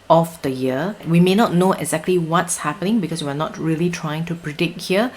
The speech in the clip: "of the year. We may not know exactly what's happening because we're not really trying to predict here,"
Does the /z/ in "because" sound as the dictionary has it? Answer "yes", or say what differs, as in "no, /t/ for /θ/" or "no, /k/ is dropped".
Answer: no, /s/ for /z/